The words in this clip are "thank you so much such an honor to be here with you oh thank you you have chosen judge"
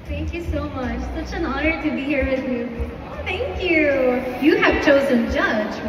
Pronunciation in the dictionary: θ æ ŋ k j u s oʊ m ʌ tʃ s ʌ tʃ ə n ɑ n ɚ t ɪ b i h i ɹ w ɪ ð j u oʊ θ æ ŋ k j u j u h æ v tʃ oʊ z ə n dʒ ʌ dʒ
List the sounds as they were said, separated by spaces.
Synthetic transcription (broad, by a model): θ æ ŋ k j u s oʊ m ʌ tʃ s ʌ tʃ ə n ɑ n ɚ t ɪ b i h i ɹ w ɪ ð j u oʊ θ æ ŋ k j u j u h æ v tʃ oʊ z ə n dʒ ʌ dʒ